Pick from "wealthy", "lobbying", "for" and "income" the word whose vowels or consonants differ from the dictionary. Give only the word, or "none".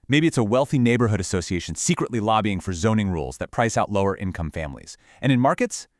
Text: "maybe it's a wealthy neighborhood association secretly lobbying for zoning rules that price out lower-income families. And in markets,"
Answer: none